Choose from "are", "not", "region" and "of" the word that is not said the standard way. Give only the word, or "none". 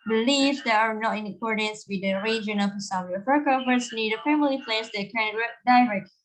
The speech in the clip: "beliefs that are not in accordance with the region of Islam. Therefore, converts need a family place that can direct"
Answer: of